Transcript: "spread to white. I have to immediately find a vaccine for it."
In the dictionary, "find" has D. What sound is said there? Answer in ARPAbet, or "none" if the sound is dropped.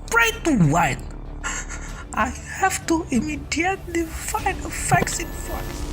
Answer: none